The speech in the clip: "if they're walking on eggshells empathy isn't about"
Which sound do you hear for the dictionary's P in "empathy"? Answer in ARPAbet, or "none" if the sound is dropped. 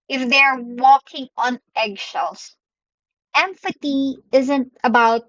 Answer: F